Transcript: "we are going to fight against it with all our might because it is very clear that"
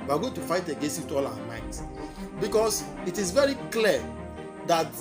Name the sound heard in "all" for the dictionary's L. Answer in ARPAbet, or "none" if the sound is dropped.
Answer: W